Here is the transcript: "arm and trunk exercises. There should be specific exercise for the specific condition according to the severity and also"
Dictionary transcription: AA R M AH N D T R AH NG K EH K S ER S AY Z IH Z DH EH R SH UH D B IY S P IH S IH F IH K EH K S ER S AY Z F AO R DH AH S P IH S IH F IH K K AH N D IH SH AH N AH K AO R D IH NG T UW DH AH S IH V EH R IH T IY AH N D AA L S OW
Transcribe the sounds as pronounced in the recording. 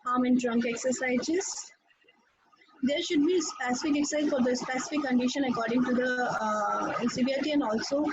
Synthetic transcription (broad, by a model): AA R M AH N D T R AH NG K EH K S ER S AY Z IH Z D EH R SH UH D B IY S P IH S IH F IH K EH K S S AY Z F AO R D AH S P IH S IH F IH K K AH N D IH SH AH N AH K AO R D IH NG T UW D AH S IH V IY IH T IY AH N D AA L S OW